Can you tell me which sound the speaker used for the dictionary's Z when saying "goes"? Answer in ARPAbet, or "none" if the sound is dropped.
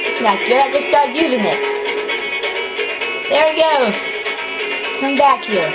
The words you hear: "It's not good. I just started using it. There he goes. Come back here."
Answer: none